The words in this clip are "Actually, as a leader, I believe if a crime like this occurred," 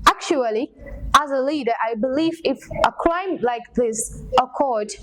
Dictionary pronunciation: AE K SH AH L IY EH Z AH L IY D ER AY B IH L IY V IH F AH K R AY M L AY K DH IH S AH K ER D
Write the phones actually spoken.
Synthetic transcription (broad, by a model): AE K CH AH L IY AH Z AH L IY D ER AY B IH L IY V IH F AH K L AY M L AY K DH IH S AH K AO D